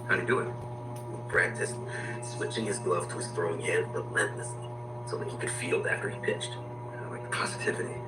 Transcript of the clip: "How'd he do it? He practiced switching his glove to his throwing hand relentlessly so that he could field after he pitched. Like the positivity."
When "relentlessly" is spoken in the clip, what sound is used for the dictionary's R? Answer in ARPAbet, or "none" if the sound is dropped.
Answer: L